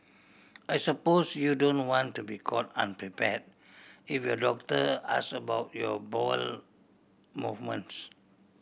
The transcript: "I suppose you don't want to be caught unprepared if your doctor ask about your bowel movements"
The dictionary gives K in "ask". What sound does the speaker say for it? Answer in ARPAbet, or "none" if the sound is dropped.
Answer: none